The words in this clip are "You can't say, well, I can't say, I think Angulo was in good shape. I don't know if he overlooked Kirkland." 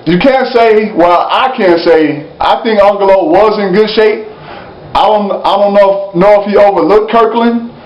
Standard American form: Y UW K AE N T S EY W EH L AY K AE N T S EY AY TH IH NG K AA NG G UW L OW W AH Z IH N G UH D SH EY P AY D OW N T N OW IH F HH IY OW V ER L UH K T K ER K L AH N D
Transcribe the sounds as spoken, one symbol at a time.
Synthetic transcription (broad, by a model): Y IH K AE N T S EY W EH L AY K AE N T S EY AY TH IH NG K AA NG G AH L OW W AH Z IH N G UH D SH EY P AY D OW N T N OW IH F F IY OW V ER L UH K K ER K L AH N